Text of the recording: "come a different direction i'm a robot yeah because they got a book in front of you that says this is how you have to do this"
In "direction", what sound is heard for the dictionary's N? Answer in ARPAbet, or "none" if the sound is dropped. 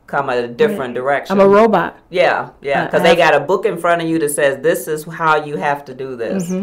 none